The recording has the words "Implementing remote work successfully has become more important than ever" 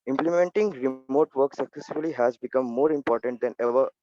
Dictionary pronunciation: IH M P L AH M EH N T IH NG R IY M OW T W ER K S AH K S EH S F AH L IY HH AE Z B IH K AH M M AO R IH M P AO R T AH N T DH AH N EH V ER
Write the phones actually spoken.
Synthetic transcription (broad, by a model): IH M P L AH M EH N T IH NG R IY M OW T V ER K S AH K S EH S AH L IY HH AE Z B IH K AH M M AO R IH M P AO R T AH N T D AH N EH V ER